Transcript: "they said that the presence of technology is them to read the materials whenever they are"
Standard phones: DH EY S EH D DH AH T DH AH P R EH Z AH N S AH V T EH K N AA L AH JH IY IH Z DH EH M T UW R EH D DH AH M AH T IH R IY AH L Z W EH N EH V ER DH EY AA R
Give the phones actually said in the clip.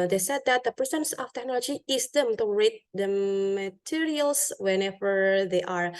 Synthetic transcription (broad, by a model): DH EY S EH D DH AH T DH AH P EH S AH N S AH F T EH K N AA L AH JH IY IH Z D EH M T UW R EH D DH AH M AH T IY R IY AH L S W EH N EH V ER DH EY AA R